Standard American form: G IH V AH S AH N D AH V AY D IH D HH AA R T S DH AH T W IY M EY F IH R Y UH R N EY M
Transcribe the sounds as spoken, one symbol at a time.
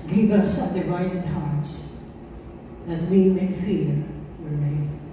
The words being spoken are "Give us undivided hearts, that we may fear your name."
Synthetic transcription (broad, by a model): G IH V AH S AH D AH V AY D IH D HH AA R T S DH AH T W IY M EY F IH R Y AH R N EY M